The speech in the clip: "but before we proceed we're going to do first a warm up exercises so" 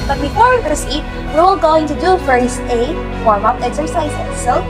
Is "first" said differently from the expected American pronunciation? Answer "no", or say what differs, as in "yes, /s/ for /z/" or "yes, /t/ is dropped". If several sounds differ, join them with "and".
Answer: yes, /t/ is dropped